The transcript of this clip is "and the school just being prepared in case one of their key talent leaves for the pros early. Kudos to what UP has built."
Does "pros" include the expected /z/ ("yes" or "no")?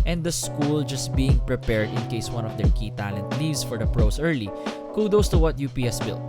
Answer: no